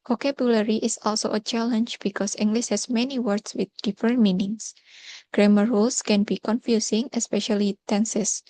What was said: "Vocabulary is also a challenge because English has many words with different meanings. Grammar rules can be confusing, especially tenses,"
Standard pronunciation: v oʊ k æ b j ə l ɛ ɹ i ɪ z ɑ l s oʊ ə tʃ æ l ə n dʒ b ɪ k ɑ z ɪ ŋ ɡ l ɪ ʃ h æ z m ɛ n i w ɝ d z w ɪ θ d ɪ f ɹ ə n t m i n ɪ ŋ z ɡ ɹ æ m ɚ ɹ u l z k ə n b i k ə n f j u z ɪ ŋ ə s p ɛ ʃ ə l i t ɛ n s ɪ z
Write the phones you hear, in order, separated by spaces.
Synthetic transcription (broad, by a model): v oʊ k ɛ b j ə l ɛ ɹ i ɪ s ɑ l s oʊ ə tʃ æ l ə n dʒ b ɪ k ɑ s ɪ ŋ ɡ l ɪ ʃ h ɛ s m ɛ n i w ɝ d s w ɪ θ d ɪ f ɹ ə n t m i n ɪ ŋ s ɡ ɹ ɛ m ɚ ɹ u l s k ə n b i k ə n f j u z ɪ ŋ ə s p ɛ ʃ ə l i t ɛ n s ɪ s